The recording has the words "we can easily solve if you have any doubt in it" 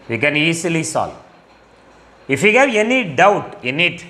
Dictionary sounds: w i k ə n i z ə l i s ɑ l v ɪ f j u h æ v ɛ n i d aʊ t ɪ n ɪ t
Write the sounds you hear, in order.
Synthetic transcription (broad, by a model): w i k ə n i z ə l i s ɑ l ɪ f j u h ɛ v ɛ n i d aʊ t ɪ n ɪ t